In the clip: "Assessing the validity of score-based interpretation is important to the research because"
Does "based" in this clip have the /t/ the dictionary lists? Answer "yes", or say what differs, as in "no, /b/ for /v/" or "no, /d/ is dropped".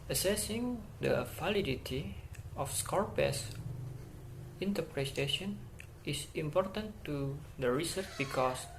no, /t/ is dropped